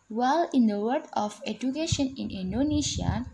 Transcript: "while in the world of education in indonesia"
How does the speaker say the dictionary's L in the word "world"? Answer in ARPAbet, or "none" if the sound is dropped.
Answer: none